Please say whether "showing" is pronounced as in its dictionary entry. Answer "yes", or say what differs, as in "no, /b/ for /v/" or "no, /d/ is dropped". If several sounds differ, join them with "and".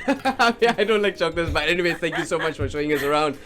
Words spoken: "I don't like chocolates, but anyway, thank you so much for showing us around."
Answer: yes